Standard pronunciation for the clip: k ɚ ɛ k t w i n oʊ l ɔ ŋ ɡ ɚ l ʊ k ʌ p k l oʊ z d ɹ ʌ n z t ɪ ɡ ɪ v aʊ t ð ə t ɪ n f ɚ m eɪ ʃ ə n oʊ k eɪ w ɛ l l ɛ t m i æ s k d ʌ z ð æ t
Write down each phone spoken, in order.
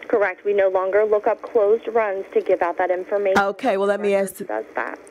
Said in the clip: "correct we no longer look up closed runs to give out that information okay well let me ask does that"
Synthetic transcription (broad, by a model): k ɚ ɛ k t w i n oʊ l ɔ ŋ ɡ ɚ l ʊ k ʌ p k l oʊ z d ɹ ʌ n z t ɪ ɡ ɪ v aʊ t ð ə t ɪ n f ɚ m eɪ ə oʊ k eɪ w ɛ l l ɛ t m i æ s d ʌ z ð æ t